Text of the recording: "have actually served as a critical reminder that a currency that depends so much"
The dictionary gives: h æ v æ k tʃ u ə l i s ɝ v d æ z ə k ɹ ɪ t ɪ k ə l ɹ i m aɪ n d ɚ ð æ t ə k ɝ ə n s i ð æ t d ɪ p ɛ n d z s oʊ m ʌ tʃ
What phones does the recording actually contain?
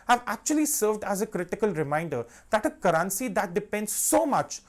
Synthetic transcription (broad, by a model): h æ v æ k tʃ u ə l i s ɝ v d æ z ə k ɹ ɪ t ɪ k ə l ɹ i m aɪ n d ɚ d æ t ə k ɝ ə n s i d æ t d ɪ p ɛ n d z s oʊ m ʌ tʃ